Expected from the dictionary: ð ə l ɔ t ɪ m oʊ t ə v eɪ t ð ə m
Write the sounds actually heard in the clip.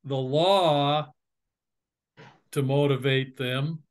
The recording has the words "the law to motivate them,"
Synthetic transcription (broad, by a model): ð ə l ɔ t ɪ m oʊ t ə v eɪ t ð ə m